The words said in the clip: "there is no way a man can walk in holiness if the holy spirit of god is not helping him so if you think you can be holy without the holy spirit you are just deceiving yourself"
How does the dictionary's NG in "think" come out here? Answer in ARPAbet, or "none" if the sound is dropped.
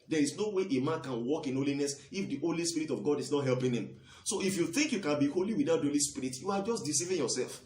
NG